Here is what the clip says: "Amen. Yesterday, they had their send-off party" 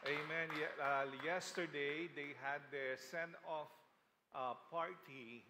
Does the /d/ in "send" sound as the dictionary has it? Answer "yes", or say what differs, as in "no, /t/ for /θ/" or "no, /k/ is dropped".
no, /d/ is dropped